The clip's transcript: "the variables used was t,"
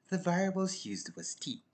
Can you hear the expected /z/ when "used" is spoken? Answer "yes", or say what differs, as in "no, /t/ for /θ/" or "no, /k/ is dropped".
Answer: yes